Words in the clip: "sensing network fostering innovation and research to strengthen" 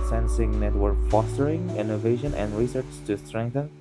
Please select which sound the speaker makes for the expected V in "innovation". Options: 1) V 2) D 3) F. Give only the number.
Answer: 1